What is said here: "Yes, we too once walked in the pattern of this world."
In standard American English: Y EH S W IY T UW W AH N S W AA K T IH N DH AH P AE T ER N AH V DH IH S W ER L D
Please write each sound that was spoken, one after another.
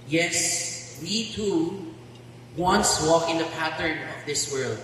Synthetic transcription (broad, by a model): Y EH S W IY T UW W AH N S W AA K IH N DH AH P AE T ER N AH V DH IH S W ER L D